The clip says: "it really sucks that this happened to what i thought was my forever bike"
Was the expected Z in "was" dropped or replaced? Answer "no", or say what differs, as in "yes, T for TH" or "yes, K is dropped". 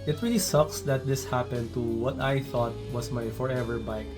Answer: yes, S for Z